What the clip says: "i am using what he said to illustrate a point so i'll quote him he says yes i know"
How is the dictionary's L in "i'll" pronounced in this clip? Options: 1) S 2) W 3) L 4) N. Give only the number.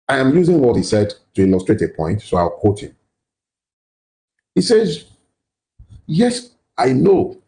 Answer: 2